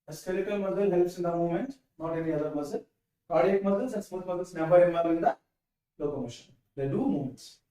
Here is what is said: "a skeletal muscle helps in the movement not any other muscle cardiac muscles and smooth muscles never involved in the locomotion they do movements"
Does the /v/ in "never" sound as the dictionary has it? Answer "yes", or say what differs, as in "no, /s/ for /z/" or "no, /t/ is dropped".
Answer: no, /b/ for /v/